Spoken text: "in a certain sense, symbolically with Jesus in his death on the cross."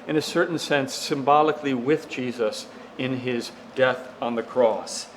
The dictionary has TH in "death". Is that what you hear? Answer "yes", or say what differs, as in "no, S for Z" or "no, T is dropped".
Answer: yes